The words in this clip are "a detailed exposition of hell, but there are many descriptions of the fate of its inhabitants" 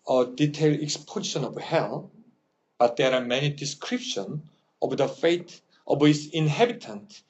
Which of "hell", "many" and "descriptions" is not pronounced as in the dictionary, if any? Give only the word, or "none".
descriptions